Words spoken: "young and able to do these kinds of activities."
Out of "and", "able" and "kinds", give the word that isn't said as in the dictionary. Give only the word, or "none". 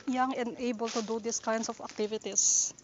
kinds